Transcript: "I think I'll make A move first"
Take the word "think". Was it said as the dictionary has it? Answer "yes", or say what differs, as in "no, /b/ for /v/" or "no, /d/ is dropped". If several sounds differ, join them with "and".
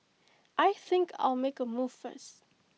yes